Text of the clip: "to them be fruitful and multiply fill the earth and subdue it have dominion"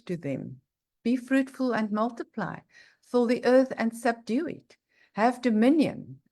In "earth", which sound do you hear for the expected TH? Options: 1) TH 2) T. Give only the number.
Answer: 1